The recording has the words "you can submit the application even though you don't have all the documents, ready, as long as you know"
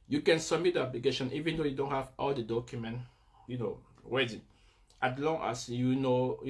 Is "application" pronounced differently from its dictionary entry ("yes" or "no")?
yes